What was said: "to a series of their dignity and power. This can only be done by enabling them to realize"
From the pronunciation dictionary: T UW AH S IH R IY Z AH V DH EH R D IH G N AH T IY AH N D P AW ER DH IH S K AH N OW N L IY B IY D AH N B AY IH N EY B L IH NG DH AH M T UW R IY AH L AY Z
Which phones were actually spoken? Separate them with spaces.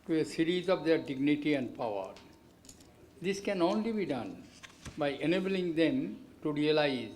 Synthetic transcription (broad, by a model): T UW AH S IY R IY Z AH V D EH R D IH G N AH T IY AH N D P AW ER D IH S K AH N OW N L IY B IY D AH N B AY IH N EY B L IH NG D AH M T UW R IY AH L AY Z